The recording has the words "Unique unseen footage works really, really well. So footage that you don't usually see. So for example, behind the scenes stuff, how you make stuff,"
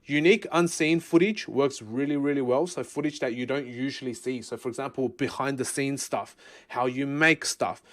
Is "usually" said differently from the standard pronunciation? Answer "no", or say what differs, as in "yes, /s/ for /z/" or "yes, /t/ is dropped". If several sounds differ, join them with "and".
no